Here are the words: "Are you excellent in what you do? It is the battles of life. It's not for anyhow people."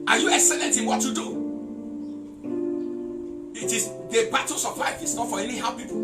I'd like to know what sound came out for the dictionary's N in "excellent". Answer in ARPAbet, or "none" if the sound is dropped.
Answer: N